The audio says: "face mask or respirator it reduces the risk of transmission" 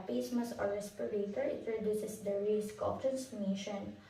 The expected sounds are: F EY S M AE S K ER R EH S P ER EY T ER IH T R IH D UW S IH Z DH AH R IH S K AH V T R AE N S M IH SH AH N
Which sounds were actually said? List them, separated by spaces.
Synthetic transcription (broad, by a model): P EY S M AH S ER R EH S P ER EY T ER IH T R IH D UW S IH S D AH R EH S K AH P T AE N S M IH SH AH N